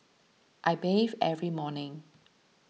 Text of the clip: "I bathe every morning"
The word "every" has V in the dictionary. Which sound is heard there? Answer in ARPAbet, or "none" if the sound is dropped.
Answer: V